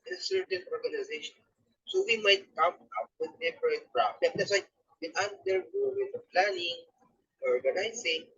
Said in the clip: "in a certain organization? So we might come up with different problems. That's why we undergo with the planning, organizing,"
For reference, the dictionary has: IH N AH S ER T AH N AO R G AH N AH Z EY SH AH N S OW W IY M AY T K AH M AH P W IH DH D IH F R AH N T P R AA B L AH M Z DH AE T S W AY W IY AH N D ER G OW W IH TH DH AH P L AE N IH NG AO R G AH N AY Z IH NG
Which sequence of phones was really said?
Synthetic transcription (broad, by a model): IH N S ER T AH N AO R G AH N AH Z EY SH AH N S OW W IY M AY T K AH M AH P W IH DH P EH P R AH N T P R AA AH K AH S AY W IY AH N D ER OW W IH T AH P L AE N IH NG AO R G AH N AY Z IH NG